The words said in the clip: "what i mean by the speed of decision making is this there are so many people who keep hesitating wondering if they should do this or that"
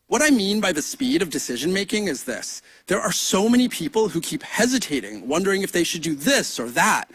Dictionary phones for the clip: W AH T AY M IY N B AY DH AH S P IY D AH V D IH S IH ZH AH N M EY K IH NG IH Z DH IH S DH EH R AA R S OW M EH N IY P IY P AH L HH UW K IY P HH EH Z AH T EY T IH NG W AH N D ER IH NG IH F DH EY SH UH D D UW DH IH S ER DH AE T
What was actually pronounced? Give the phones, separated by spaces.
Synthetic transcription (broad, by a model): W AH T AY M IY N B AY DH AH S P IY D AH V D IH S IH ZH AH N M EY K IH NG IH Z DH IH S DH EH R AA R S OW M EH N IY P IY P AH L HH UW K IY P HH EH Z AH T EY T IH NG W AH N D ER IH NG IH F DH EY SH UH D D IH DH IH S ER DH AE T